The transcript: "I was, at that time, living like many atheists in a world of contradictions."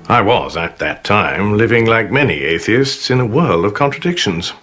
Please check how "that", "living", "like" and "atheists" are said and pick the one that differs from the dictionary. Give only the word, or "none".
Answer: none